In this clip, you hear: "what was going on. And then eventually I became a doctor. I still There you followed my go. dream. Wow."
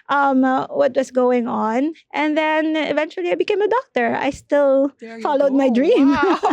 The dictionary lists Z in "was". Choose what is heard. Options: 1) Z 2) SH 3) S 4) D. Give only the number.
3